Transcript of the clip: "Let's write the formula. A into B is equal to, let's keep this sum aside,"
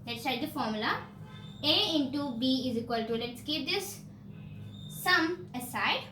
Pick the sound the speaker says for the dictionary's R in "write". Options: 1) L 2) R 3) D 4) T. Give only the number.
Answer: 1